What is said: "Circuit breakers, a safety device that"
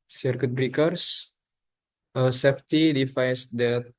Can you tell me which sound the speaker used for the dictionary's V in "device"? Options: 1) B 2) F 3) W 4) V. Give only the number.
2